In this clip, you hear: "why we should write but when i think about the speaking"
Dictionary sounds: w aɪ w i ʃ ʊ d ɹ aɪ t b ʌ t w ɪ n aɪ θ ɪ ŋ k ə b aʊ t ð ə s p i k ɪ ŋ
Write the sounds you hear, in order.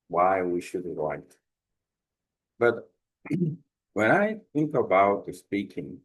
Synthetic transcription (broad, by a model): w aɪ w i ʃ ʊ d l aɪ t b ʌ t w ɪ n aɪ θ ɪ ŋ k ə b aʊ t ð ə s p i k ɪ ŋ